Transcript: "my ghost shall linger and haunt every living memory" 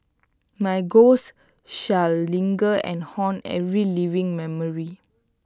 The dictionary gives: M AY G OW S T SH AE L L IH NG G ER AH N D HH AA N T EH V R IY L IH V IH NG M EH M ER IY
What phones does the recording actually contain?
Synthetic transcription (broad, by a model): M AY G OW S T SH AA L L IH NG G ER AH N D HH AA N EH V R IY L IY V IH NG M EH M ER IY